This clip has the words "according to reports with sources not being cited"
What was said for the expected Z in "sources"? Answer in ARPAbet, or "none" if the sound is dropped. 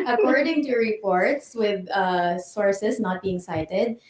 S